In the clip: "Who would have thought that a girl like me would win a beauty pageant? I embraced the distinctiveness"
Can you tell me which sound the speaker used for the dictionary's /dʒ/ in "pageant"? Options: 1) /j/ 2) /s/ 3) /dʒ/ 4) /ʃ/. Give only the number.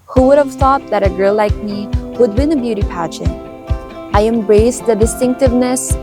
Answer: 4